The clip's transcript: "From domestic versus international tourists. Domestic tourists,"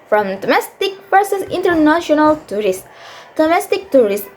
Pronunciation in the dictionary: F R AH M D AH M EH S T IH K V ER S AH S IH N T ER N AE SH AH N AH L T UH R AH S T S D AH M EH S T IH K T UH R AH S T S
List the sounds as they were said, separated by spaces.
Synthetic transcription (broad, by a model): F R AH M D AH M EH S T IH K P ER S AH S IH N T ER N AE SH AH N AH L T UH R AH S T D AH M EH S T IH K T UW R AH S S